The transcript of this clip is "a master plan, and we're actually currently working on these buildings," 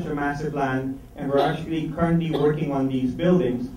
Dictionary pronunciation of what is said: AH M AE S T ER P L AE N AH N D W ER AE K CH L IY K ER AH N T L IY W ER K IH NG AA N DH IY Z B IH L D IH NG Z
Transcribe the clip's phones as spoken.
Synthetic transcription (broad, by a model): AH M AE S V P L AE N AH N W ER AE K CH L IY K ER AH N T L IY W ER K IH NG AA N DH IY Z B IH L D IH NG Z